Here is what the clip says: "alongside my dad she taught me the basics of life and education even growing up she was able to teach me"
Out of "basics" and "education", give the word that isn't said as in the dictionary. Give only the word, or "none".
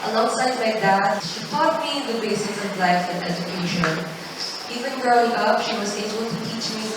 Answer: basics